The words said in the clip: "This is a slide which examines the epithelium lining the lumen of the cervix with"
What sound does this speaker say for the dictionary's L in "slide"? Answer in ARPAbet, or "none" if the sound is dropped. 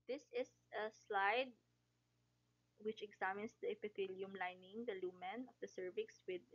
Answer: L